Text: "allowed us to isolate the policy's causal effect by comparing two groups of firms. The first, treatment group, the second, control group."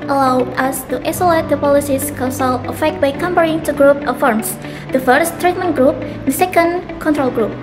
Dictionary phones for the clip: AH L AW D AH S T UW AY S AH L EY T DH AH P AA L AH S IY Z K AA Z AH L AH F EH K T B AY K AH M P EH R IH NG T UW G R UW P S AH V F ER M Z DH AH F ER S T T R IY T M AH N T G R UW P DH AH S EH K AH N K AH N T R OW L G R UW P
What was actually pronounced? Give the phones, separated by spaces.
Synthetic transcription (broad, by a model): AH L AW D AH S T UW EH S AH L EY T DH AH P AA L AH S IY S K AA S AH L AH F EH K T B AY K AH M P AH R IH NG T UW G R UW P AH F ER M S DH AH F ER S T T R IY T M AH N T G R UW P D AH S EH K AH N K AH N T R OW L G R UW P